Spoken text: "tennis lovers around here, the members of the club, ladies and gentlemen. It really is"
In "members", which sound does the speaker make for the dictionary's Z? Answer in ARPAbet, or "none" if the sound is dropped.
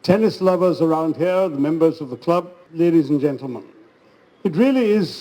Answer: Z